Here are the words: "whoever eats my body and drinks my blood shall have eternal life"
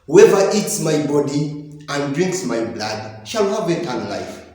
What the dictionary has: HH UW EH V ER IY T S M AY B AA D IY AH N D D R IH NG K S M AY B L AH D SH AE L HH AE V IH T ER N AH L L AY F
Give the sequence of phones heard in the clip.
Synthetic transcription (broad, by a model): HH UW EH V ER IY T S M AY B AA D IY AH N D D R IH NG K S M AY B L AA D SH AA L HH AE V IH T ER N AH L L AY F